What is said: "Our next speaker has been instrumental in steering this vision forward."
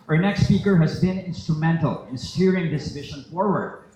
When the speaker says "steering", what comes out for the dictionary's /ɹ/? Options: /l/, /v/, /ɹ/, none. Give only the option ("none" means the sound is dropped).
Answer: /ɹ/